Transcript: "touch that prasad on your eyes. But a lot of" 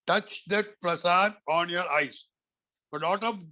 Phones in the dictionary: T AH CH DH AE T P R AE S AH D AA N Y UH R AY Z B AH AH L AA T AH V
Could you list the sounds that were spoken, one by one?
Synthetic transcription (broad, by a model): T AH CH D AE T P R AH S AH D AA N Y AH R AY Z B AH AH N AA T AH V